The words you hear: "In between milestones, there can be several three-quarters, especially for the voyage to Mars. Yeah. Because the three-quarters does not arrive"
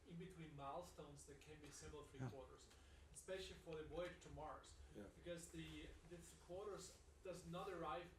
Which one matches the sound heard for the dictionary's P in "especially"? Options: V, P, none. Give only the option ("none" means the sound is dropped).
P